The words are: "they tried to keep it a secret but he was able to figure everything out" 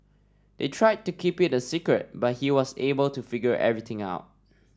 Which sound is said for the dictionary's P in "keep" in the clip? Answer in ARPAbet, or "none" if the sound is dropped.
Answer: P